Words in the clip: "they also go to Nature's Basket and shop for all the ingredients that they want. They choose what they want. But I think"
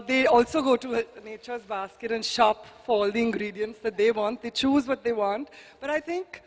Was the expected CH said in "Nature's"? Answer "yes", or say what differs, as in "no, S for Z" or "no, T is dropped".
yes